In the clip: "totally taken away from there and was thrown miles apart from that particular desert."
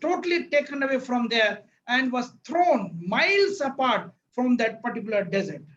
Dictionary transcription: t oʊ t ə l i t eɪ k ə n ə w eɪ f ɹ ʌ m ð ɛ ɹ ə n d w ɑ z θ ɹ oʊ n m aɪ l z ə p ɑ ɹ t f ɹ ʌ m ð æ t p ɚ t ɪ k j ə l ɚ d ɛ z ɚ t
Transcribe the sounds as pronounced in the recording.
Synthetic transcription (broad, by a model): oʊ t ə l i t eɪ k ə n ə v eɪ f ɹ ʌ m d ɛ ɹ ə n d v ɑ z t ɹ oʊ n m aɪ l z ə p ɑ ɹ t f ɹ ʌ m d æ t p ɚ t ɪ k j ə l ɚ d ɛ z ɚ t